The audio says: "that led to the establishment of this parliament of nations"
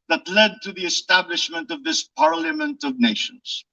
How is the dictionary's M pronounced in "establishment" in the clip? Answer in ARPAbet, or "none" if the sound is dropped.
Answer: M